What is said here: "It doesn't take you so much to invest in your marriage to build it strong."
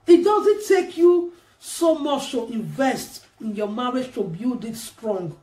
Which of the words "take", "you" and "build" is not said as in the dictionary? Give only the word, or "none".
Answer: build